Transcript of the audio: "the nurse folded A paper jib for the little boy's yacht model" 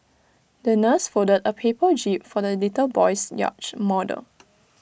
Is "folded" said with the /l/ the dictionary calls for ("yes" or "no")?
no